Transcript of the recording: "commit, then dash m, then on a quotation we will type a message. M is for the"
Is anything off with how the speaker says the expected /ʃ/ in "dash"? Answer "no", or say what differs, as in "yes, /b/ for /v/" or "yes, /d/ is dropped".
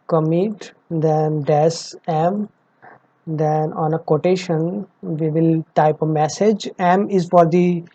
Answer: yes, /s/ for /ʃ/